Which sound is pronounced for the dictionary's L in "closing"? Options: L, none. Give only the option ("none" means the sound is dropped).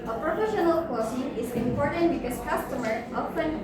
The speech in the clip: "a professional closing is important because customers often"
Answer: none